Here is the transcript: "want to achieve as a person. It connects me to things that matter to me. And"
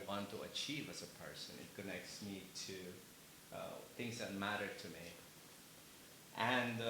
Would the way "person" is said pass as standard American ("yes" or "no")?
yes